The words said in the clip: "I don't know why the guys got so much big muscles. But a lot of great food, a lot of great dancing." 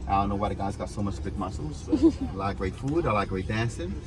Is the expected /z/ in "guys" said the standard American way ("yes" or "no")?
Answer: yes